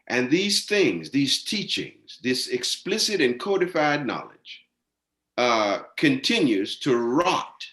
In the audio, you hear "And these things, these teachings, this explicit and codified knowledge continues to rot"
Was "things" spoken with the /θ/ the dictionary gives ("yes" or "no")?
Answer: yes